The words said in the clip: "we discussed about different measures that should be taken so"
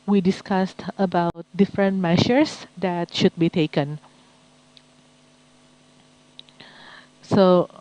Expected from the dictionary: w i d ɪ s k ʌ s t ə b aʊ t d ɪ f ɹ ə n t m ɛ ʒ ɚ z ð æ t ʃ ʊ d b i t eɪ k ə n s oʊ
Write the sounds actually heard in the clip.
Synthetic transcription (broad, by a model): w i d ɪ s k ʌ s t ə b aʊ t d ɪ f ɹ ə n t m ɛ ʃ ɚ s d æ t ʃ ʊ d b i t eɪ k ə n s oʊ